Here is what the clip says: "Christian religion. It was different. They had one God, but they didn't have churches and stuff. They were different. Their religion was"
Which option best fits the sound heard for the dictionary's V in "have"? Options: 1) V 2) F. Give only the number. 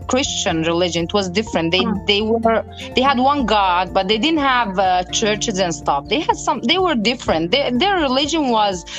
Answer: 1